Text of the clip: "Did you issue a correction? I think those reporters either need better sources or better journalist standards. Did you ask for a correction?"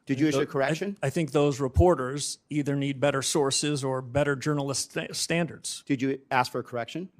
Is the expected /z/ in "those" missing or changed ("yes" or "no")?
no